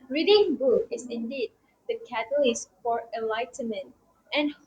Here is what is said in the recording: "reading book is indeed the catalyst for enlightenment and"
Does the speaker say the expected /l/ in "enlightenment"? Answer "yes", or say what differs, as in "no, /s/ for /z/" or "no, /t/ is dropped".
yes